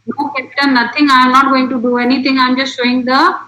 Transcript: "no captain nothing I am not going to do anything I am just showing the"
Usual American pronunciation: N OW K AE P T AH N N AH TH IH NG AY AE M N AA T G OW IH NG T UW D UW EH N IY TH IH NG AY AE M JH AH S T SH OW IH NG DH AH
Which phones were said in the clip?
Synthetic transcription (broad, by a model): N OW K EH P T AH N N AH T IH NG AY M N AA T G OW IH NG T UW D UW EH N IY T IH NG AY M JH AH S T SH OW IH NG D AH